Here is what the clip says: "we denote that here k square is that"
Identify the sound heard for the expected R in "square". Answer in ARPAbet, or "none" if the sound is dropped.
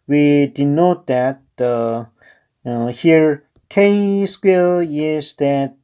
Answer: L